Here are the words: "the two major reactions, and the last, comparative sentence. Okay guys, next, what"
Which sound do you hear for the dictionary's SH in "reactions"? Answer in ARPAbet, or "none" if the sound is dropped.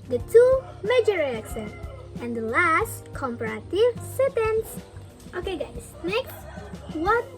S